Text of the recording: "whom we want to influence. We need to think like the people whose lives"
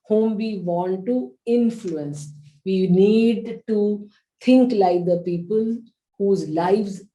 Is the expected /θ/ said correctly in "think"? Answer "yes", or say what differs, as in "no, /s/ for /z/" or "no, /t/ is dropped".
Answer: no, /t/ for /θ/